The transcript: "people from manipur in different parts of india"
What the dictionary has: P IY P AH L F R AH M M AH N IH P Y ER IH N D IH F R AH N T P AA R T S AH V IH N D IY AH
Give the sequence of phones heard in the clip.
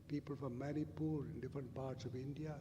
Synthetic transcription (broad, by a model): P IY P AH L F R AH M M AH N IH P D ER IH N D IH F R AH N T P AA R T S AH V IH N D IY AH